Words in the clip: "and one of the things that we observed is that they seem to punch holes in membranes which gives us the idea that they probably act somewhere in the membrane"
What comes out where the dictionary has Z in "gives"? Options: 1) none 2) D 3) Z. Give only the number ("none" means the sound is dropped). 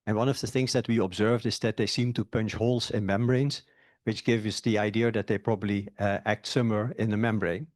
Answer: 1